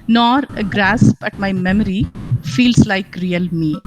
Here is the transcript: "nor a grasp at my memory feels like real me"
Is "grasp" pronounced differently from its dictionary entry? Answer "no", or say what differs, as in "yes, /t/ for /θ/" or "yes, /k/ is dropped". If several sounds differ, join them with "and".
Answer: yes, /b/ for /p/